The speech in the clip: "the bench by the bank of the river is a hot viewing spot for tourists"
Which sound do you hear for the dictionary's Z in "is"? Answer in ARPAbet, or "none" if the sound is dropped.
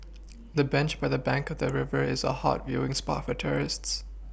Z